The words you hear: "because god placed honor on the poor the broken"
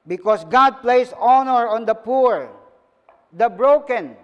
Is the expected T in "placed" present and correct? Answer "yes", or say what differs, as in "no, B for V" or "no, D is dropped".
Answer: no, T is dropped